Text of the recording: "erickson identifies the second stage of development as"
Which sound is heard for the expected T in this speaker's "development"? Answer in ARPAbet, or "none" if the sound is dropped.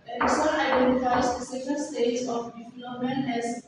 none